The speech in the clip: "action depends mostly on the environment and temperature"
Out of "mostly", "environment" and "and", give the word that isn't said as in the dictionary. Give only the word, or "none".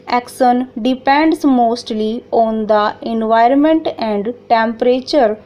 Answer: none